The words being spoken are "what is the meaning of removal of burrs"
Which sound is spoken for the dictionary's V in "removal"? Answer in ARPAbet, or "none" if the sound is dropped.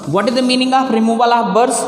B